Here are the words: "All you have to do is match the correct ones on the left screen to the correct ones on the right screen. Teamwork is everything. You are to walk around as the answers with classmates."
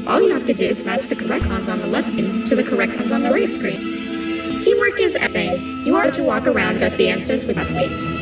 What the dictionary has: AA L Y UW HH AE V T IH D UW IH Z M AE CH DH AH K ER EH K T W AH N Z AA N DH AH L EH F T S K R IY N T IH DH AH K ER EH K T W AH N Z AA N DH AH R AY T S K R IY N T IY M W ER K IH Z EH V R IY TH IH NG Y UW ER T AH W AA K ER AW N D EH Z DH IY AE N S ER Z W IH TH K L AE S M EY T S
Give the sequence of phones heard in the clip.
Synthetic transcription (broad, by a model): AA L Y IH HH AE F T IH D UW IH Z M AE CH DH AH K ER EH K T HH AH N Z N DH AH L EH F T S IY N T IH DH AH K ER EH K T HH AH N Z N DH AH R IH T S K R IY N T IY M W ER K IH Z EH R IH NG Y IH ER T AH W AA K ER AW N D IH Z DH IY AE N S ER Z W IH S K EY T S